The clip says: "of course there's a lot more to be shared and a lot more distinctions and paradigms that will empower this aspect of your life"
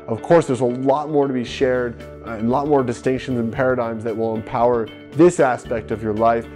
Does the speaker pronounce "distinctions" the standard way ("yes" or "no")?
yes